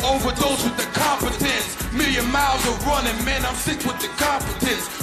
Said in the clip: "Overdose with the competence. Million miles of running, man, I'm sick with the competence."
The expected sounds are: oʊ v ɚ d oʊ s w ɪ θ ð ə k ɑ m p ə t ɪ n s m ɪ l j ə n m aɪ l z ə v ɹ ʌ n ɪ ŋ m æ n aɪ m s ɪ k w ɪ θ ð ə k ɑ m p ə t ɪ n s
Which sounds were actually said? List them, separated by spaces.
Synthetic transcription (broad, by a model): oʊ v ɚ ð oʊ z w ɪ ð ə k ɑ m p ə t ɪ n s m ɪ l j ə n m aɪ l z ə v ɹ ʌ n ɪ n m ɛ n aɪ m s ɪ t w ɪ ð ə k ɑ m p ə t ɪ n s